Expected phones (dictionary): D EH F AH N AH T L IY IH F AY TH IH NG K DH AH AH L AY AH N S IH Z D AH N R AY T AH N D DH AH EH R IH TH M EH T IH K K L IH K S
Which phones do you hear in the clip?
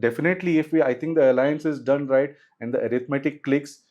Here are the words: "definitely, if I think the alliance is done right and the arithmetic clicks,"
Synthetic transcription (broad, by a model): D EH F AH N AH T L IY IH F AY T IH NG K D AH AH L AY AH N S IH Z D AH N R AY T AH N D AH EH R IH T M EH T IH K K L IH K S